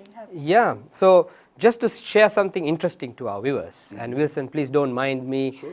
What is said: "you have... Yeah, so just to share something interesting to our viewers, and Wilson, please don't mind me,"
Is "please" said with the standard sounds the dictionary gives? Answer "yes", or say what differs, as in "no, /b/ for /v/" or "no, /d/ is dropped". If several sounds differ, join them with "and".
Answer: no, /s/ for /z/